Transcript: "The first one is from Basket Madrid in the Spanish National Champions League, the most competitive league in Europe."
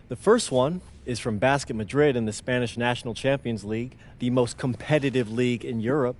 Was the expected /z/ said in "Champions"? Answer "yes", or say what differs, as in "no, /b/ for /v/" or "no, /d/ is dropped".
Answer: yes